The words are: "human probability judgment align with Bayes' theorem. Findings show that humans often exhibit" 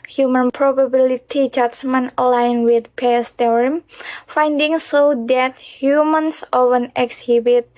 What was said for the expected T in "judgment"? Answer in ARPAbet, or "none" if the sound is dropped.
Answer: none